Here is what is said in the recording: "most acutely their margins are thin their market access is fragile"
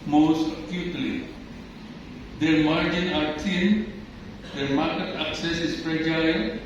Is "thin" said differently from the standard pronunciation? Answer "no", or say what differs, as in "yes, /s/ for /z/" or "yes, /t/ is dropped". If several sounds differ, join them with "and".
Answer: yes, /t/ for /θ/